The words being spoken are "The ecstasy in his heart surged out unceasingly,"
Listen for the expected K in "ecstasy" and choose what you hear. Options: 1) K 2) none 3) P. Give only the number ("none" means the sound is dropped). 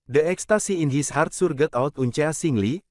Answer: 1